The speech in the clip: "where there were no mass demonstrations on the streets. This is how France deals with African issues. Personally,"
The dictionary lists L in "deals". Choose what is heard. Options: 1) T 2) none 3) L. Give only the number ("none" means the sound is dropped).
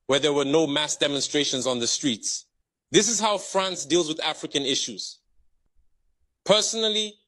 3